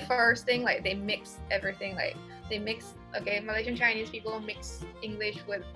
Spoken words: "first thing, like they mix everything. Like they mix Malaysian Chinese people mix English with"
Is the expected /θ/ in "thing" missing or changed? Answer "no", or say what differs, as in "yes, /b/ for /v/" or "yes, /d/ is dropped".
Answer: no